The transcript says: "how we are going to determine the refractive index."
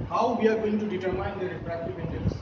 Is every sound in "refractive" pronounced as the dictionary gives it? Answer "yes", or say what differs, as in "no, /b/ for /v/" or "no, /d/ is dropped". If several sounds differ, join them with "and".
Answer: no, /p/ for /f/